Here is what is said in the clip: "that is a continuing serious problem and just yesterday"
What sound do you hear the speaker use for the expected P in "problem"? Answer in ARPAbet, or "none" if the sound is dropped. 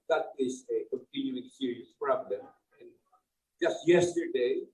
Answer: F